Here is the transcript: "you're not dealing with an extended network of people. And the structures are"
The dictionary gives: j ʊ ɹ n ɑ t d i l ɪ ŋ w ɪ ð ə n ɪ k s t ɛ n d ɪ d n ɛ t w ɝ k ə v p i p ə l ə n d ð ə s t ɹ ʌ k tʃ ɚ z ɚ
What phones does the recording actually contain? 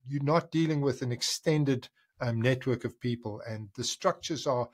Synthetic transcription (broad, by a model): j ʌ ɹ n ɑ t d i l ɪ ŋ w ɪ ð ə n ɪ k s t ɛ n d ɪ d n ɛ t w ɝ k ə v p i p ə l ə n ð ə s t ɹ ʌ k tʃ ɚ z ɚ